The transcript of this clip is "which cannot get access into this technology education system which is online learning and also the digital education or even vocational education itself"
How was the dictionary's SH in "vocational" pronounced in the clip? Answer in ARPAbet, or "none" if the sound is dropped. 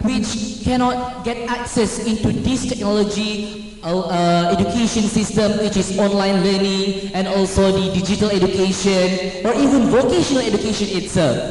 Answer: SH